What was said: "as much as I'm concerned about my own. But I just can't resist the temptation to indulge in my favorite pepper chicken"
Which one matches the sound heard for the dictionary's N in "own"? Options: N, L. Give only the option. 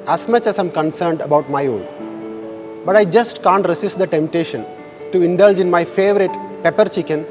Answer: L